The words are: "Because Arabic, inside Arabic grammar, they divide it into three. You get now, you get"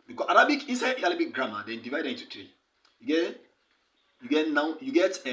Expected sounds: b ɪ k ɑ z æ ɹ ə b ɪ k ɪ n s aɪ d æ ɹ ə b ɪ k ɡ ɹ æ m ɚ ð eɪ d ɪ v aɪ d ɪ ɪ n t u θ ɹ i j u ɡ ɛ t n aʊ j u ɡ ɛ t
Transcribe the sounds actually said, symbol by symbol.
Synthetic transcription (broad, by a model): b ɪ k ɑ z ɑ ɹ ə b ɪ k ɪ n s aɪ d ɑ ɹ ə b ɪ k ɡ ɹ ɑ m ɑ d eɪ d ɪ v aɪ d ɪ ɪ n t u t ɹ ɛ j u ɡ ɛ t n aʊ j u ɡ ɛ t